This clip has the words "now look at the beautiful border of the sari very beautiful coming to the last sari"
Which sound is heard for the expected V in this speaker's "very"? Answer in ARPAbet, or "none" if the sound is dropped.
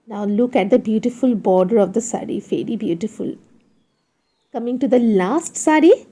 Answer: F